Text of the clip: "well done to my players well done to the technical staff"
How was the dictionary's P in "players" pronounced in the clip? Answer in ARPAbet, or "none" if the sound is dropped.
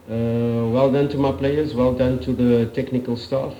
P